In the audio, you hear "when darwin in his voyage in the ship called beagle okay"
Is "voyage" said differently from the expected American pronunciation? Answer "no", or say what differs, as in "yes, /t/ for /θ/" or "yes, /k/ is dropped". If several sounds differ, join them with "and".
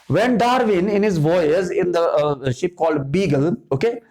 yes, /z/ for /dʒ/